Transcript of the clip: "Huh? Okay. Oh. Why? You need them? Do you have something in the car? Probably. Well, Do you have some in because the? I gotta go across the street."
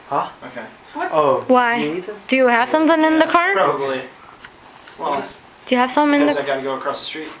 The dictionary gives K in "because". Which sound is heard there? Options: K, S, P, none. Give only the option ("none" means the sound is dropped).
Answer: none